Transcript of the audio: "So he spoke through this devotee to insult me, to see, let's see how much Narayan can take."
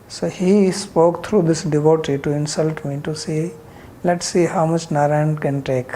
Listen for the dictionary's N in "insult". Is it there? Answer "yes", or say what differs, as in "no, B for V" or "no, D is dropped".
yes